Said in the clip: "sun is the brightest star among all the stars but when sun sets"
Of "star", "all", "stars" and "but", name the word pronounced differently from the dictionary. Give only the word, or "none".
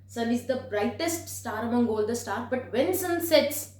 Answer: stars